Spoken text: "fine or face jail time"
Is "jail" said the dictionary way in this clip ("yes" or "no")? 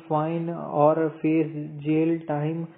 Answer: yes